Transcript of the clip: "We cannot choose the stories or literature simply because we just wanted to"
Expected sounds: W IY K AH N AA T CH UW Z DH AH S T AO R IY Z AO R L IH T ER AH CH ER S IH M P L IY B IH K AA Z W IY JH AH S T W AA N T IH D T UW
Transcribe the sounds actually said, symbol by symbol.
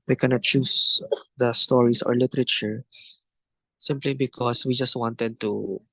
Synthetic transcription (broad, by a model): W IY K AH N AA T CH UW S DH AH S T AO R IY S AO R L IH T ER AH CH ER S IH M P L IY B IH K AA S W IY JH AH S T W AA N T IH D T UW